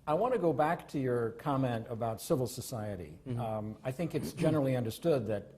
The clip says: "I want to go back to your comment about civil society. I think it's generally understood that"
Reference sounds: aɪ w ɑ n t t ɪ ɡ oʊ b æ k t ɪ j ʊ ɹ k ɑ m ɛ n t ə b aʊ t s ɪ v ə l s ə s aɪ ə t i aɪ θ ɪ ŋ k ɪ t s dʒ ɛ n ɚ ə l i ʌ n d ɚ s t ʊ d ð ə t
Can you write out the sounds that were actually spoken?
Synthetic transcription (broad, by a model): aɪ w ɑ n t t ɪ ɡ oʊ b æ k t ɪ j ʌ ɹ k ɑ m ɛ n t ə b aʊ t s ɪ v l s ə s aɪ ə t i aɪ θ ɪ ŋ k ɪ t s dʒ ɛ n ɚ l i ʌ n d ɚ s t ʊ d ð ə t